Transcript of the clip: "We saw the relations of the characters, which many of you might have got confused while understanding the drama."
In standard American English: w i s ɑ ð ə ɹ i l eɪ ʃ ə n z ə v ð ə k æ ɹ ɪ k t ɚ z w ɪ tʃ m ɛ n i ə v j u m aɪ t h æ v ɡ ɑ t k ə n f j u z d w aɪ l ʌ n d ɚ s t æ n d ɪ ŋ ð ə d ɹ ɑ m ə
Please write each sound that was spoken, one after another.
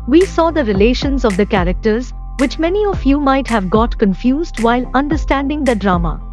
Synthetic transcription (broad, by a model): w i s ɑ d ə ɹ i l eɪ ʃ ə n z ə v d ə k æ ɹ ɪ k t ɚ z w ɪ tʃ m ɛ n i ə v j u m aɪ t h æ v ɡ ɑ t k ə n f j u z d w aɪ l ʌ n d ɚ s t æ n d ɪ ŋ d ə d ɹ ɑ m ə